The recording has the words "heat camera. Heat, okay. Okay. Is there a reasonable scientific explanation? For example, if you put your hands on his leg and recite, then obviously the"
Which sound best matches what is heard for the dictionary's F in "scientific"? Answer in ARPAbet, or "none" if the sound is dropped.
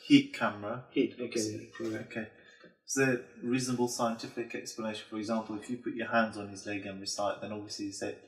F